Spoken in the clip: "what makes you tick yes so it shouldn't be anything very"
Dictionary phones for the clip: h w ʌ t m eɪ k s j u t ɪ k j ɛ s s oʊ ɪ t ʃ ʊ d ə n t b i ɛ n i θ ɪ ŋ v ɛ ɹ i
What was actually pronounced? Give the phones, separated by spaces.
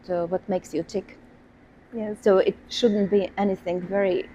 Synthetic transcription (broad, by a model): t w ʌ t m eɪ k s j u t ɪ k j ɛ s s oʊ ɪ t ʃ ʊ d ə n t b i ɛ n i θ ɪ ŋ v ɛ ɹ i